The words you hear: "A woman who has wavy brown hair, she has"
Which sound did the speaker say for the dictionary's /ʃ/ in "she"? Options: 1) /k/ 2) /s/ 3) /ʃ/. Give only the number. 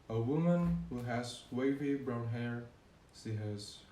2